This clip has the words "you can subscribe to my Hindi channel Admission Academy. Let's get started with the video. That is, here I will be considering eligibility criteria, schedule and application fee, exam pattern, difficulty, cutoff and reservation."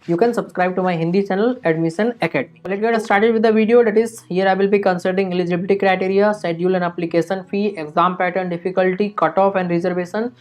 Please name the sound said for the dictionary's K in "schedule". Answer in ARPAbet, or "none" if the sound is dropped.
none